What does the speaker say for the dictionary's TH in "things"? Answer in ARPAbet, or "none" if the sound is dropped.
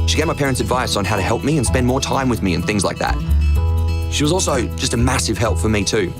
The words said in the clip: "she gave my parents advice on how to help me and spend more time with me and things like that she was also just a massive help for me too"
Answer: TH